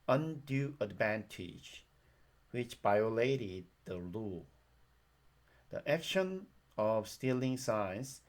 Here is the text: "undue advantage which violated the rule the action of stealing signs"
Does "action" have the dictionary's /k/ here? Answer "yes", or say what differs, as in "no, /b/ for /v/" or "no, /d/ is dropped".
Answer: yes